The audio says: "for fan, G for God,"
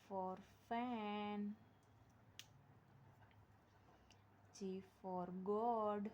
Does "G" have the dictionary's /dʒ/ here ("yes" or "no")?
no